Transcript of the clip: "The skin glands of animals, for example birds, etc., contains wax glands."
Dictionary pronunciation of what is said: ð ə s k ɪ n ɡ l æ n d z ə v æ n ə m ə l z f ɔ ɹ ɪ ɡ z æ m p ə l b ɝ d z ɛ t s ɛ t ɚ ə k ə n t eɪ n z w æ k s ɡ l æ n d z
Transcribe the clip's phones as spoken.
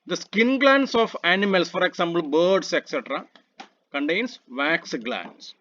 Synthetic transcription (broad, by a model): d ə s k ɪ n ɡ l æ n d s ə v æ n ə m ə l s f ɔ ɹ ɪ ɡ s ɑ m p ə l b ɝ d s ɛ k s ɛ t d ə k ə n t eɪ n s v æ k s ɡ l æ n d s